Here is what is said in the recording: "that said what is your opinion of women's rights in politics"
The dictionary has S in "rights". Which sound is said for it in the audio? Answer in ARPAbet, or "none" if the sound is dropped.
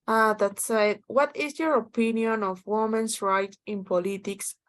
none